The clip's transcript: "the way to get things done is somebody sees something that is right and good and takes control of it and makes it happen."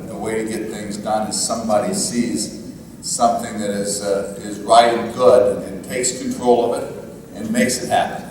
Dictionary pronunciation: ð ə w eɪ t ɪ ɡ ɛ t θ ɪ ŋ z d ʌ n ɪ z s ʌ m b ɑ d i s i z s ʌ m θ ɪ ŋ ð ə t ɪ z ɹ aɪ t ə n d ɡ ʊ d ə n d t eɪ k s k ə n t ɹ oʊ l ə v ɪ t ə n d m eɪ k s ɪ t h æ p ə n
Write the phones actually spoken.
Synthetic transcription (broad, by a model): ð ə w eɪ t ɪ ɡ ɛ t θ ɪ ŋ z d ʌ n ɪ z s ʌ m b ɑ d i s i z s ʌ m θ ɪ ŋ ð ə t ɪ z ɹ aɪ t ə n ɡ ʊ d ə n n t eɪ k s k n t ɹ oʊ l ə v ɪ t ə n m eɪ k s ɪ t h æ p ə n